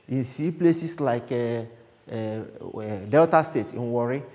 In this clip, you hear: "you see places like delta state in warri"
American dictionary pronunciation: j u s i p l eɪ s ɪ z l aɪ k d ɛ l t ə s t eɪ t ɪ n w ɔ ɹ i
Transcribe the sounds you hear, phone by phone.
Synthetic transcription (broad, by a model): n s i p l eɪ s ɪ s l aɪ k d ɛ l t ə s t eɪ t ɪ n w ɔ ɹ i